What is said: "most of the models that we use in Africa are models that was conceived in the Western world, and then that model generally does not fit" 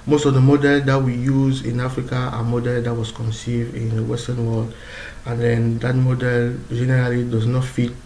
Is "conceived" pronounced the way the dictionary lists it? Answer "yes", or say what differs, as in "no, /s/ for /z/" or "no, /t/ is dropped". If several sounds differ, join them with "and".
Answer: yes